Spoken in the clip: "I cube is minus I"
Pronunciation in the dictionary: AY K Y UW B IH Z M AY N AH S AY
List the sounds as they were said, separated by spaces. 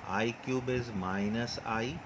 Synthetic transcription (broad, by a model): AY K Y UW B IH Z M AY N AH S AY